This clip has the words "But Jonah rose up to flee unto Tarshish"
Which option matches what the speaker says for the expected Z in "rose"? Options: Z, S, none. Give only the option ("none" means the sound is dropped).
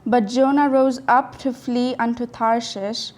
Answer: Z